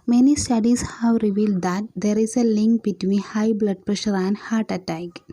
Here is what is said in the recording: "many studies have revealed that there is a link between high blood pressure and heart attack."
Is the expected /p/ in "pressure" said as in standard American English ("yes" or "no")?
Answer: yes